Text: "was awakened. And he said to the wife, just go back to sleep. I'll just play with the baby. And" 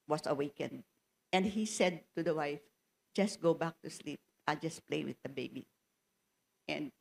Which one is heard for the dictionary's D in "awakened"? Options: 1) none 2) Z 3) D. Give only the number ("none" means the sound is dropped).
3